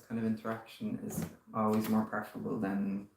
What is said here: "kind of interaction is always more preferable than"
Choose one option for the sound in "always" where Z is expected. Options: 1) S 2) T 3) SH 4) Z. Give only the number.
4